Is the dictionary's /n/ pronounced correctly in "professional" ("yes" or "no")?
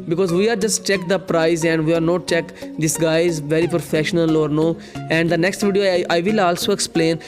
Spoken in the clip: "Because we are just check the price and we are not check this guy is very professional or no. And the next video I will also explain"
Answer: yes